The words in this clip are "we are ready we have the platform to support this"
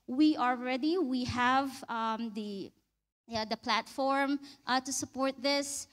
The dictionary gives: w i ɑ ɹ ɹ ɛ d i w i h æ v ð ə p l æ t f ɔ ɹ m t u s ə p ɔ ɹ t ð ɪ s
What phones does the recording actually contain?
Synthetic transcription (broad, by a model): w i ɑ l ɹ ɛ d i w i h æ v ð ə p l æ t f ɔ ɹ m t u s ə p ɔ ɹ t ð ɪ s